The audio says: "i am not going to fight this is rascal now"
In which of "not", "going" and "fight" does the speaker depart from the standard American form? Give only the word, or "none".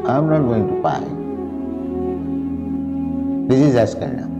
fight